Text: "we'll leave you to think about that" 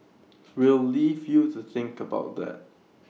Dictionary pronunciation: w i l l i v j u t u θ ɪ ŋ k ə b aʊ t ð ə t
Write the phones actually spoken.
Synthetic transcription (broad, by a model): w i l l i v j u t u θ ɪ ŋ k ə b aʊ t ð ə t